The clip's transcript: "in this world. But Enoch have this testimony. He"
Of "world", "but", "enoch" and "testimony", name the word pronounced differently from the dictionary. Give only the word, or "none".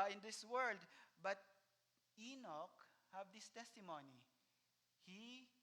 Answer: none